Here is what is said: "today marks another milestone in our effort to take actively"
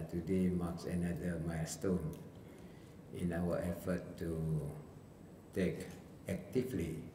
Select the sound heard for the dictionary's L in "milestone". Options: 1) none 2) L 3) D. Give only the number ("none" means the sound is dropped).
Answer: 1